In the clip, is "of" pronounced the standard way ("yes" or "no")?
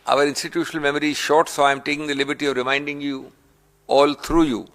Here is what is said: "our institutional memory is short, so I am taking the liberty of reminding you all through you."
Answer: yes